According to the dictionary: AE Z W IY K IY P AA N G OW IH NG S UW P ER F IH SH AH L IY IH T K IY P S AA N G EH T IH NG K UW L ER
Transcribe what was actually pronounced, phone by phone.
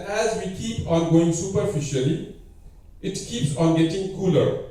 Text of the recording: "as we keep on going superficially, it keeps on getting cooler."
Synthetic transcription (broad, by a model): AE Z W IY K IY P AA N G OW IH NG S UW P ER F IH SH AH L IY IH T K IY P S AA N G EH T IH NG K UW L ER